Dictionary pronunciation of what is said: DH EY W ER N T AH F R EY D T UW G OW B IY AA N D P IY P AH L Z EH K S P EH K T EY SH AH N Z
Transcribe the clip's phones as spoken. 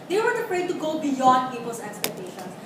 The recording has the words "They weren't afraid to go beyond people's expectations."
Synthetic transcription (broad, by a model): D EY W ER T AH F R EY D T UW G OW B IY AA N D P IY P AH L S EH K S P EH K T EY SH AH N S